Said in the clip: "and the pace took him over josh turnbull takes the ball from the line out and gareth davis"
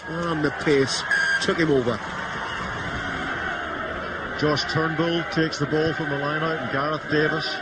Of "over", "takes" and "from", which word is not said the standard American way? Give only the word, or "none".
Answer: none